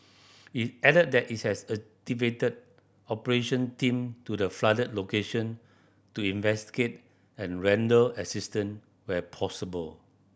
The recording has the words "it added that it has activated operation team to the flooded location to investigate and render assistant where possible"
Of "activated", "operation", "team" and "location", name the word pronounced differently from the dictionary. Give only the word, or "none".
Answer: activated